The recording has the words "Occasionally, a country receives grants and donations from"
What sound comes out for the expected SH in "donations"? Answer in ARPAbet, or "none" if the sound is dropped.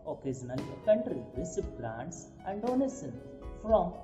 S